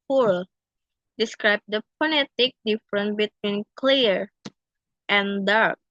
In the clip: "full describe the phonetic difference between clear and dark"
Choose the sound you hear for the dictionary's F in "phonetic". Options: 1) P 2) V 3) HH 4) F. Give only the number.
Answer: 1